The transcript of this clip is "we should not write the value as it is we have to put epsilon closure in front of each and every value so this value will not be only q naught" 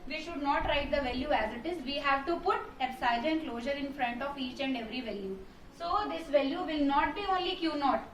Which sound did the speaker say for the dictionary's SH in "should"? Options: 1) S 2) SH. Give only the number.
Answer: 2